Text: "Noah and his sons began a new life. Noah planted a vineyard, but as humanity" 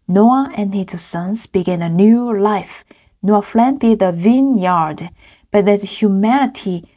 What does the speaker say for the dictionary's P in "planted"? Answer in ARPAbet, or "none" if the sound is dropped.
F